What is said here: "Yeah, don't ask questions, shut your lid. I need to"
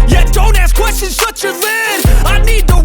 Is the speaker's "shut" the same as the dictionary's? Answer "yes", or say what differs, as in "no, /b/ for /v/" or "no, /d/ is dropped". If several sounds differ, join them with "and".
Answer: no, /s/ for /ʃ/